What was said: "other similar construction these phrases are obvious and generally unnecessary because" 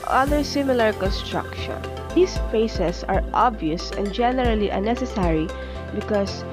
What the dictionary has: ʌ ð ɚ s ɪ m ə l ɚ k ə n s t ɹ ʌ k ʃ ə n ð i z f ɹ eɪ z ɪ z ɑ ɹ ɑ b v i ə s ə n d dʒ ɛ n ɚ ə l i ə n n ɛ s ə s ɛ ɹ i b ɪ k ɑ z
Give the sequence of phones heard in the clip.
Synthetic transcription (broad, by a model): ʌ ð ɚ s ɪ m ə l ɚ k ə n s t ɹ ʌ k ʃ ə n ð i s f eɪ s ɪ s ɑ ɹ ɑ b v i ə s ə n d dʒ ɛ n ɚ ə l i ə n n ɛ s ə s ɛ ɹ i b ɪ k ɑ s